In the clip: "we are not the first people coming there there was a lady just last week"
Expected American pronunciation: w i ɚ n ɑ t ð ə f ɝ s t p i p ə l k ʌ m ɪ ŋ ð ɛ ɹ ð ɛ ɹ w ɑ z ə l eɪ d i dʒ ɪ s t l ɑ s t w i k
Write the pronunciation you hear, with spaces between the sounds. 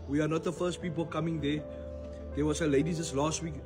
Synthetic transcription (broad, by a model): w i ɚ n ɑ t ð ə f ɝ s t p i p ə l k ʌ m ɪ ŋ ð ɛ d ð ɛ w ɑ s ə l eɪ d i z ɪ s l ɑ s t w i k